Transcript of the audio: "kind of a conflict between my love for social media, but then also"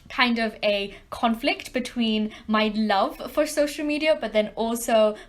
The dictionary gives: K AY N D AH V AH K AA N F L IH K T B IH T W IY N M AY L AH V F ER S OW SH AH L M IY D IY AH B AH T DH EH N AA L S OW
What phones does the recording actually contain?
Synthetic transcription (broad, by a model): K AY N D AH V AH K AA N F L IH K T B IH T W IY N M AY L AH V F ER S OW SH AH L M IY D IY AH B AH T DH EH N AA L S OW